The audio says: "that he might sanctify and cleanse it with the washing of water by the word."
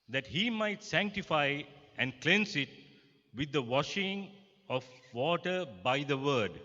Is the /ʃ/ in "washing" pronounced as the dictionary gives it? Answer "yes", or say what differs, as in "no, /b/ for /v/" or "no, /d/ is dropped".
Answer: yes